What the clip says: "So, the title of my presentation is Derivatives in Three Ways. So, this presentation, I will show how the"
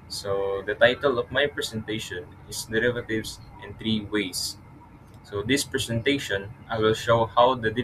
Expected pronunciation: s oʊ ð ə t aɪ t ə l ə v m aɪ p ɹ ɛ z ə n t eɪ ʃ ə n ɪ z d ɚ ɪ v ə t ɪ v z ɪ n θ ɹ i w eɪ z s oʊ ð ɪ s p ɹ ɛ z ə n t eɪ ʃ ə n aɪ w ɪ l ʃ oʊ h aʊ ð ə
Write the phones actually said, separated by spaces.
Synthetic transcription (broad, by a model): s oʊ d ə t aɪ t ə l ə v m aɪ p ɹ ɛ s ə n t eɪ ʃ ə n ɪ s d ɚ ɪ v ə t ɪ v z ɪ n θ ɹ i w eɪ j s oʊ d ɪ s p ɹ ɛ s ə n t eɪ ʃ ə n aɪ w ɪ l ʃ oʊ h aʊ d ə